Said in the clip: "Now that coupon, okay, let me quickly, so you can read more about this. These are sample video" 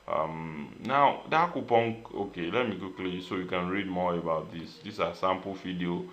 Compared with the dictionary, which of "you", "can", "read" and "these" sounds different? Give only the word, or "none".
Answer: these